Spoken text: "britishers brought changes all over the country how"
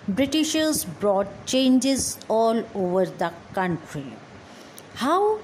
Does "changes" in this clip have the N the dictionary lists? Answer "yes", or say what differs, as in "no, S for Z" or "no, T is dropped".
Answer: yes